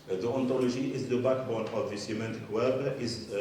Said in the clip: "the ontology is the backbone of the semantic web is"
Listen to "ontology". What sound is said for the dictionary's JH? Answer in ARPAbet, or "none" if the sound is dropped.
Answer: ZH